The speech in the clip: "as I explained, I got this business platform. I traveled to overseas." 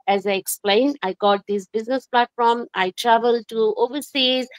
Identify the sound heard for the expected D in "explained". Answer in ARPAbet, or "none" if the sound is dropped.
D